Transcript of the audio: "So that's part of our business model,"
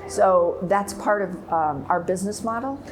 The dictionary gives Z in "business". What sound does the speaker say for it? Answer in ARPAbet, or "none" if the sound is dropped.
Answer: Z